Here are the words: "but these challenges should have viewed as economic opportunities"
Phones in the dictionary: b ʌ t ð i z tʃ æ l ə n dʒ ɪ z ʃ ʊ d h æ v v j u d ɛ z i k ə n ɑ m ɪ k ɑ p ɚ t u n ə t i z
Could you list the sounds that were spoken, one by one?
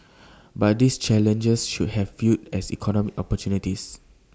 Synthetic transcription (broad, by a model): b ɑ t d i s tʃ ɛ l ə n dʒ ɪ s ʃ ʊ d h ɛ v f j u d ɛ s i k ə n ɑ m ɪ k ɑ p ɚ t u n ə t i s